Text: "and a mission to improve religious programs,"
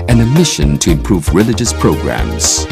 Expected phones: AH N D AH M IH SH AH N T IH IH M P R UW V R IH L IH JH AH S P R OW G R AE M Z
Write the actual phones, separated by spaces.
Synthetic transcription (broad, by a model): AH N AH M IH SH AH N T IH IH M P R UW V R IH L IH JH AH S P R OW G R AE M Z